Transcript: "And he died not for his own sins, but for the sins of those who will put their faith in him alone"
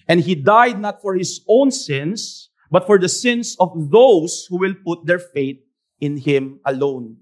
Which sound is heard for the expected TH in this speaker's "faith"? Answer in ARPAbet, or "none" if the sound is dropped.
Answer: T